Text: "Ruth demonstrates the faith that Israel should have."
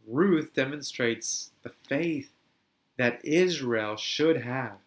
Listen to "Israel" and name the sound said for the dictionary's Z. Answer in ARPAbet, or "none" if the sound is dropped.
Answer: Z